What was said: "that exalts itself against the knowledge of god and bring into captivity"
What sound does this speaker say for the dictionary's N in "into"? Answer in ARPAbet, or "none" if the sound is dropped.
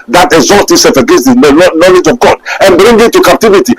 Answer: none